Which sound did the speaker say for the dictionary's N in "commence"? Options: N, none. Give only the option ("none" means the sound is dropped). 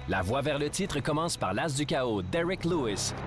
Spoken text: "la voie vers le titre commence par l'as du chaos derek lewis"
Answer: none